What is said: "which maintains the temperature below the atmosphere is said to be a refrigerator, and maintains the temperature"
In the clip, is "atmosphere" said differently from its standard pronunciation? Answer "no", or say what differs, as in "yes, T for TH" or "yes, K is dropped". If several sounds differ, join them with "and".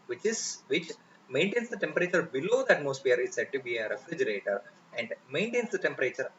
yes, P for F